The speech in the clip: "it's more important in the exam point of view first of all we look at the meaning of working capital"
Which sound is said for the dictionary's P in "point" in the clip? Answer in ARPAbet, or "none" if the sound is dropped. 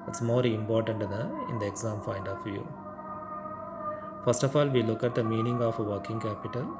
F